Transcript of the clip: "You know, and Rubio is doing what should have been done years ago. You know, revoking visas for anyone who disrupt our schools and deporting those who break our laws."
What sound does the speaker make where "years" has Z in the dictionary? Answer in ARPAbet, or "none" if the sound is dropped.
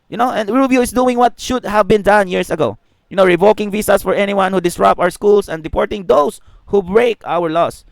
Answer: S